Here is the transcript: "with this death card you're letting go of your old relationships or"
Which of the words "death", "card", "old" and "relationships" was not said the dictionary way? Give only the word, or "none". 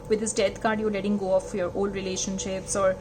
death